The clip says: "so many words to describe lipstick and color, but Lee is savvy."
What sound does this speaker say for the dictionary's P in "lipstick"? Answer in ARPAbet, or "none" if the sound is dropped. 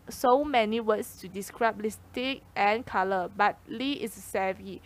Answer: none